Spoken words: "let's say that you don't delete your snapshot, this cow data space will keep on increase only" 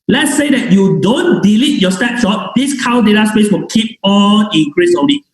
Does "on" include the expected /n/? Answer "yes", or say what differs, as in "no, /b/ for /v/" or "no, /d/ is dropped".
no, /l/ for /n/